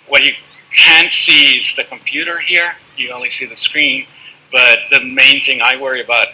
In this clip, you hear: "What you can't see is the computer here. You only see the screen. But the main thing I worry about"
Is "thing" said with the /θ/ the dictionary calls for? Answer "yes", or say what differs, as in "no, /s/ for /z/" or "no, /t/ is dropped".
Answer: yes